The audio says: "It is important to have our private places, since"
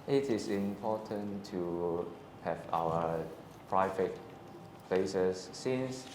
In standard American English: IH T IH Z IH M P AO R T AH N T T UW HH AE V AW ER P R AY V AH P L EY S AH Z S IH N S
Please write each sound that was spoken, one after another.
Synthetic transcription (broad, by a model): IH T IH S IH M P AO T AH N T T UW HH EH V AW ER P R AY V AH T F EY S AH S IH N S